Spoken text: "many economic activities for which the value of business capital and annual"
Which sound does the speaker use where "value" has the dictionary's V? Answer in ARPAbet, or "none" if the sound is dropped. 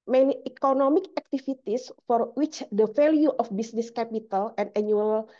F